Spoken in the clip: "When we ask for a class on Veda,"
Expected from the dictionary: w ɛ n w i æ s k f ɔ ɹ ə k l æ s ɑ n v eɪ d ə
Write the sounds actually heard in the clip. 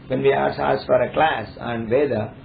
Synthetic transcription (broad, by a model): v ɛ n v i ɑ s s f ɔ ɹ ə k l æ s ɑ n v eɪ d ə